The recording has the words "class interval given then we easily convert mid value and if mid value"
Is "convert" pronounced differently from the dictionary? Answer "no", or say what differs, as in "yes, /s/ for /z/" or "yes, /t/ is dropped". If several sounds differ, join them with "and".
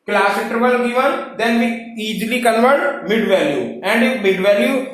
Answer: yes, /l/ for /n/